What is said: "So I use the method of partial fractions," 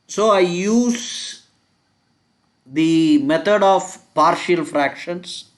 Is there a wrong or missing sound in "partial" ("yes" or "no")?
no